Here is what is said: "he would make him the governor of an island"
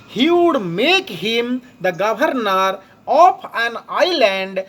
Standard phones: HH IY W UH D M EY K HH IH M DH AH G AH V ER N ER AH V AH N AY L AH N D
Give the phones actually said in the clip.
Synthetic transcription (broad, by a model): HH IY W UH D M EY K HH IH M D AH G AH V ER N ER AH P AH N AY L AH N D